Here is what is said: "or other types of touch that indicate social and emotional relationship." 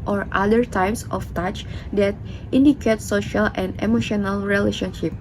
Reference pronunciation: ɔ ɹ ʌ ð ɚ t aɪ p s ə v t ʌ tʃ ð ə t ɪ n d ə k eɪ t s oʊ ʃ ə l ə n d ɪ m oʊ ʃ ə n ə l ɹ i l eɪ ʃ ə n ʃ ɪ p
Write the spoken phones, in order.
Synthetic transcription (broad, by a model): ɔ ɹ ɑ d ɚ t aɪ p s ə f t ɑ tʃ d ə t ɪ n d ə k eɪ t s oʊ ʃ ə l ə n d ɪ m oʊ ʃ ə n ə l ɹ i l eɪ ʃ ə n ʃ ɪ p